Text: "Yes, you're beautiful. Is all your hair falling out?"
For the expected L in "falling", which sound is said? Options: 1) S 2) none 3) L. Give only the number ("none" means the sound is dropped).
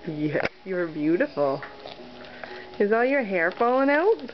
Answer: 2